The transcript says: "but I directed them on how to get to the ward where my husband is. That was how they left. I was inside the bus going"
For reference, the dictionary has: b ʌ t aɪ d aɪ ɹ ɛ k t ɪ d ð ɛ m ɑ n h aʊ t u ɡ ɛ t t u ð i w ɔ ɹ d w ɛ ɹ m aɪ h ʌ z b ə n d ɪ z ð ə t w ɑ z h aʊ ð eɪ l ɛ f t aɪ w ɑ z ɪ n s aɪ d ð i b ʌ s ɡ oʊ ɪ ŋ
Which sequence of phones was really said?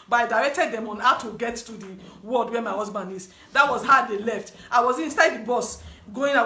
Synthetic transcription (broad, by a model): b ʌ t aɪ d aɪ ɹ ɛ k t ɪ d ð ɛ m ɑ n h aʊ t u ɡ ɛ t t u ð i w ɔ l d w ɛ m aɪ h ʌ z b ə n d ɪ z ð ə t w ɑ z h aʊ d eɪ l ɛ f t aɪ w ɑ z ɪ n s aɪ d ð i b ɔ s ɡ oʊ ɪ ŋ